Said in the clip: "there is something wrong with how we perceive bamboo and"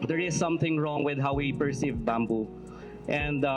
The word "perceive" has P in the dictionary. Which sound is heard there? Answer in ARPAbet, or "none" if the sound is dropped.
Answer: P